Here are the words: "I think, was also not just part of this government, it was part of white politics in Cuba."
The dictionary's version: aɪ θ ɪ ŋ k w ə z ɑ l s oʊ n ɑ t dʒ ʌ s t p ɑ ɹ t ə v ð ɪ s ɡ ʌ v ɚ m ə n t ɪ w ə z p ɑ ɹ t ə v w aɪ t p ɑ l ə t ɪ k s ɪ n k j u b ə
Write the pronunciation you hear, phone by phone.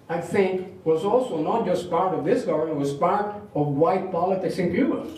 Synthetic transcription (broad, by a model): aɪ θ ɪ ŋ k w ə z ɑ l s oʊ n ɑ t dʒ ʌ s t p ɑ ɹ t ə v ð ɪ s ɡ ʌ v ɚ ə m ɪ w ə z p ɑ ɹ t ə v w aɪ t p ɑ l ə t ɪ k s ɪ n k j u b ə